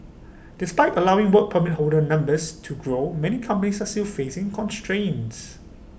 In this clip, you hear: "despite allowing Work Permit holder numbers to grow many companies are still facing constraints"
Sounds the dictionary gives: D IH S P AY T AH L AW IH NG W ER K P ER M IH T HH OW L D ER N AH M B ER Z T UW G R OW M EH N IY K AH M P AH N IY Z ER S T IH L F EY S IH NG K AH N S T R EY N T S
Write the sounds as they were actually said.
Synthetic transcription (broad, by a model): D IH S P AY T AH L AW IH NG W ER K P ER M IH T HH OW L D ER N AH M B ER S T UW G R OW M EH N IY K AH M P AH N IY S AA S T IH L F EY S IH NG K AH N S T R EY N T S